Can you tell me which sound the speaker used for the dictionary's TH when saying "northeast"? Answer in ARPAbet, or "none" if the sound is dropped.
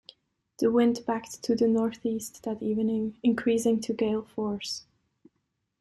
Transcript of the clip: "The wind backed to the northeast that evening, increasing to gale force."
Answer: TH